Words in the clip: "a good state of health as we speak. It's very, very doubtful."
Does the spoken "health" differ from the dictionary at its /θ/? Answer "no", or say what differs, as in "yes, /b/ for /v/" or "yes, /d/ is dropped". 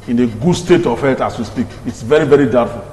yes, /t/ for /θ/